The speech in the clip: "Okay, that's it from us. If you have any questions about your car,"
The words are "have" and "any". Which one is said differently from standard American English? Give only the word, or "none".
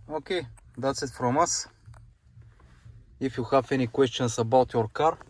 have